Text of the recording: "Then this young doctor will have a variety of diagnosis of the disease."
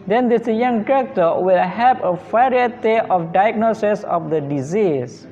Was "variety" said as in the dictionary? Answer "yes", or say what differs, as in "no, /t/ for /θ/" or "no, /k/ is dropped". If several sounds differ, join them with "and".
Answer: no, /f/ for /v/